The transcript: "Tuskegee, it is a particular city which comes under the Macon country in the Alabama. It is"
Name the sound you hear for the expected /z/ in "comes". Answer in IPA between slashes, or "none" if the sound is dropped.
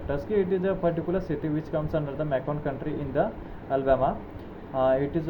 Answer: /s/